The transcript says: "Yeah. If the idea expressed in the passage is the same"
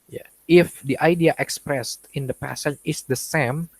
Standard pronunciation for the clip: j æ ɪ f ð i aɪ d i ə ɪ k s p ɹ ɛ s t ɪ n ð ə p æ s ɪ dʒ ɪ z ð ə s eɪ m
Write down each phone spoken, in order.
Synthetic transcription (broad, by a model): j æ ɪ f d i aɪ d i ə ɪ k s p ɹ ɛ s t ɪ n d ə p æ s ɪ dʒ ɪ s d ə s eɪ m